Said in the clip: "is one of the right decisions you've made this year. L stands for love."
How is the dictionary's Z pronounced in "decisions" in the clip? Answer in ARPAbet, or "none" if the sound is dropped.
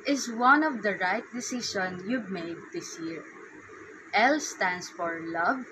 none